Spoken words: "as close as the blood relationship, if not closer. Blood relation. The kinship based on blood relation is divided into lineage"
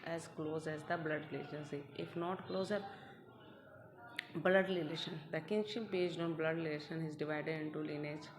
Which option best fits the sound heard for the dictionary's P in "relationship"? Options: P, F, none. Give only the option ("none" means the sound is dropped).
none